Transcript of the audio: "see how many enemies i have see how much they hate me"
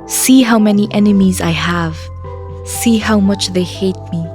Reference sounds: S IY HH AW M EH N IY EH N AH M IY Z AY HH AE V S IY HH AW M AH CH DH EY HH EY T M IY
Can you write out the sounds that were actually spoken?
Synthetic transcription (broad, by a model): S IY HH AW M EH N IY EH N AH M IY Z AY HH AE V S IY HH AW M AH CH DH EY HH EY T M IY